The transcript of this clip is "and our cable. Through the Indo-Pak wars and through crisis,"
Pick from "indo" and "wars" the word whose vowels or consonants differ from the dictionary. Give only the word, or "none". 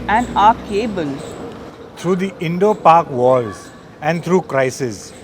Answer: wars